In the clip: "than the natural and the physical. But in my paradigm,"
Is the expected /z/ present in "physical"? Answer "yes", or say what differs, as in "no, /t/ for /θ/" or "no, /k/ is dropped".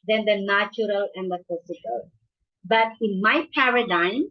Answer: no, /s/ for /z/